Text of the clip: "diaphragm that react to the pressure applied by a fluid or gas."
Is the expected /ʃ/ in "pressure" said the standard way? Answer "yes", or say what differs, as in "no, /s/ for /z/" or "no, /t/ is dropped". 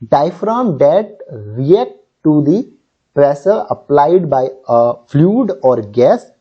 no, /s/ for /ʃ/